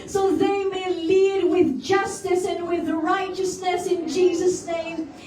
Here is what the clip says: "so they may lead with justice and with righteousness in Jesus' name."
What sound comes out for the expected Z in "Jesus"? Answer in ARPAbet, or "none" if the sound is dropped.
Z